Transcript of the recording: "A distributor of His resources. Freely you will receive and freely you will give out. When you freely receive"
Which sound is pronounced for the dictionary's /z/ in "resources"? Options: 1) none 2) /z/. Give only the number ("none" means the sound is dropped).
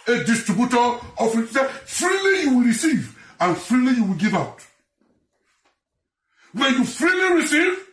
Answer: 1